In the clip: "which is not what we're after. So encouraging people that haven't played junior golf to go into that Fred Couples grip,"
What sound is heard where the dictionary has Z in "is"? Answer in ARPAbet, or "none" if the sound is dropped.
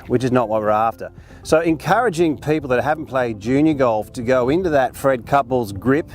Z